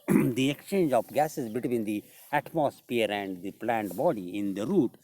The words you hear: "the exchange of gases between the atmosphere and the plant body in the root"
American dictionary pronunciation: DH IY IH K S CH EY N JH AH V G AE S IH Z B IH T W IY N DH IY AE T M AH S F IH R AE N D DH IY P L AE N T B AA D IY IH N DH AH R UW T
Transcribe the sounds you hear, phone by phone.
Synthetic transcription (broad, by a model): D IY IH K S CH EY N JH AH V G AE S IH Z B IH T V IY N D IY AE T M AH S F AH R AE N D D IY P L AE N T B AA D IY IH N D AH R UW T